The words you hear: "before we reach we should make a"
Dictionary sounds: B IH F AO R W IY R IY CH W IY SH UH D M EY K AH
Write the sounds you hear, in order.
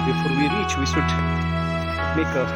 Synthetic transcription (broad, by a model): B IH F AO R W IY R IY CH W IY S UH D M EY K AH